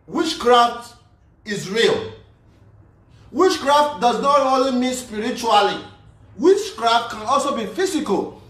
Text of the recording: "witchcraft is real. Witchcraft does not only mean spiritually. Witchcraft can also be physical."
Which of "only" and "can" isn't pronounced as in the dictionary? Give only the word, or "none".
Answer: none